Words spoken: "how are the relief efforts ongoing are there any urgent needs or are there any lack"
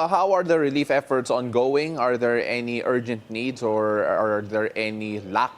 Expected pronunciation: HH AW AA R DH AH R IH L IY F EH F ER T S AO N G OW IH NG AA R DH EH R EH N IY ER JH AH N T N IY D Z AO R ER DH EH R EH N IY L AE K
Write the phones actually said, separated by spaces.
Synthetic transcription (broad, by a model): HH AW AA R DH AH R IH L IY F EH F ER T S AO N G OW IH NG AA R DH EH R EH N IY ER JH AH N T N IY D S AO R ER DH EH R EH N IY L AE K